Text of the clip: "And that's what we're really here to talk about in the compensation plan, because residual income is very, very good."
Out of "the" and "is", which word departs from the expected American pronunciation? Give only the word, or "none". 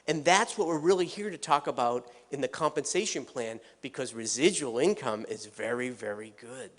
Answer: none